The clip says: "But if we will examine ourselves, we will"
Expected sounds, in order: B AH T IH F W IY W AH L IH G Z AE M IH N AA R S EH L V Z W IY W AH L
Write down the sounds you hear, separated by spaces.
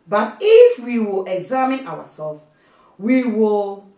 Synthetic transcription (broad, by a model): B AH T IH F W IY W AH L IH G Z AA M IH N AA W S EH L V W IY W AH L